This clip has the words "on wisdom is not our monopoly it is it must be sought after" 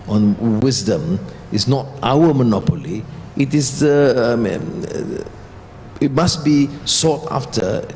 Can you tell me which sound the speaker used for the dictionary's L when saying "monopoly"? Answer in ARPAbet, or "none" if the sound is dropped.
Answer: L